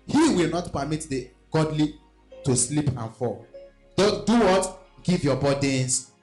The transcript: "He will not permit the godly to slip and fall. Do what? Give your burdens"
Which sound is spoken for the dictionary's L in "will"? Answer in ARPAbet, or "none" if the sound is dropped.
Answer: L